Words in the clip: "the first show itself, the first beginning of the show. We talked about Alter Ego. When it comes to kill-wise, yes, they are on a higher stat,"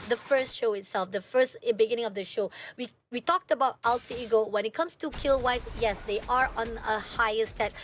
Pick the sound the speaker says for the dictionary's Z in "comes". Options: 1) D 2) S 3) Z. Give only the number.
2